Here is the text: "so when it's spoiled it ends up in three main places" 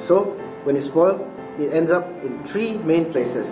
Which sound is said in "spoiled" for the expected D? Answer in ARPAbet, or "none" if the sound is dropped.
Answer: none